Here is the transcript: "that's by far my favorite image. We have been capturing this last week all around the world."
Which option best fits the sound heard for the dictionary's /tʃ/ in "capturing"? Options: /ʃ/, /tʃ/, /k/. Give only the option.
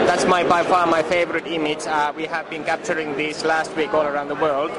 /tʃ/